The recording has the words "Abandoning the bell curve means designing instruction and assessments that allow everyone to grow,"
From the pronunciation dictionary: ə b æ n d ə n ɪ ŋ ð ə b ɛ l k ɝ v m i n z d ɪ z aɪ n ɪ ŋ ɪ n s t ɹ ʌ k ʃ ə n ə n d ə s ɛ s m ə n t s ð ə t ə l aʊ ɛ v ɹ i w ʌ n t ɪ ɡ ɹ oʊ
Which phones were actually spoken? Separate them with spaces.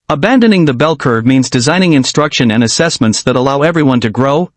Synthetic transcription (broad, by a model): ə b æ n d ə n ɪ ŋ ð ə b ɛ l k ɝ v m i n z d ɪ z aɪ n ɪ ŋ ɪ n s t ɹ ʌ k ʃ ə n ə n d ə s ɛ s m ə n t s ð ə t ə l aʊ ɛ v ɹ i w ʌ n t ɪ ɡ ɹ oʊ